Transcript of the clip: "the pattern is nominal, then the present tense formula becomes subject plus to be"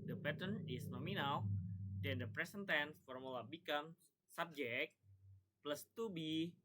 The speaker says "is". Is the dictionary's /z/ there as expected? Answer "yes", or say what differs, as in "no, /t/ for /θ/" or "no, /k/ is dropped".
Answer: no, /s/ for /z/